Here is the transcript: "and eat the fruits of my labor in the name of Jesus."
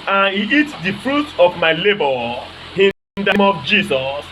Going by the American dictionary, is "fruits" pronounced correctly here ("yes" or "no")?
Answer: no